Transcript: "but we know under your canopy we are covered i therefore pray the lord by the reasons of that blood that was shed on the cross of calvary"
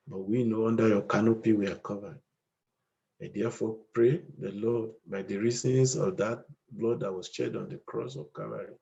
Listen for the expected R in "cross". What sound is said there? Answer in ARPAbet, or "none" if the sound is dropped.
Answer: R